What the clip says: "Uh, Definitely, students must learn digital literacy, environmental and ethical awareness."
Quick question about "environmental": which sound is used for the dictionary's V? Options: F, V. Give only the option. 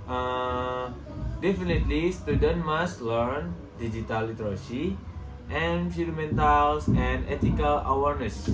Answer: F